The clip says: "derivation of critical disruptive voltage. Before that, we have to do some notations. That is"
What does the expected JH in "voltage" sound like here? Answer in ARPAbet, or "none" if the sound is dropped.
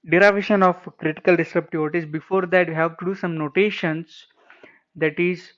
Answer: Z